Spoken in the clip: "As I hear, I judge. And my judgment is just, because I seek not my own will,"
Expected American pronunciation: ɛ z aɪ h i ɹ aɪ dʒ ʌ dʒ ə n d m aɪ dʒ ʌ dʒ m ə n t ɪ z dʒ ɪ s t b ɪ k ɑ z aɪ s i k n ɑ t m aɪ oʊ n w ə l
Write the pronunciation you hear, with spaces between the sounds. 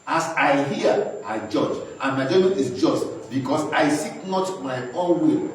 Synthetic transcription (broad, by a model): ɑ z aɪ h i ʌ aɪ dʒ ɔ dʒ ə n m aɪ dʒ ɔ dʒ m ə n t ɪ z dʒ ɪ s t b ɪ k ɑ s aɪ s i k n ɑ t m aɪ oʊ n w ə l